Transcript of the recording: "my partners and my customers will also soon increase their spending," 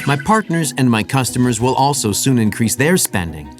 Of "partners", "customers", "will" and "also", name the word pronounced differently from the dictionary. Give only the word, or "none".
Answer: none